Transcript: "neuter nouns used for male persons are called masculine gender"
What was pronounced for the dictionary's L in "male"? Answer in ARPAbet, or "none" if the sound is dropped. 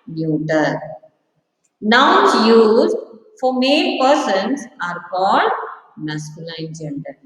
N